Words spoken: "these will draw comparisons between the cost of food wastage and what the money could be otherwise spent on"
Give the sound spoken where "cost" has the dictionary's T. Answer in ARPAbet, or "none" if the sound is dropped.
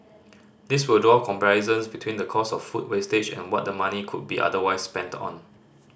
none